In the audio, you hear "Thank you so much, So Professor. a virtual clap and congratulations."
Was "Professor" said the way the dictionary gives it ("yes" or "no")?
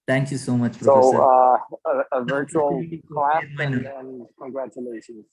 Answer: no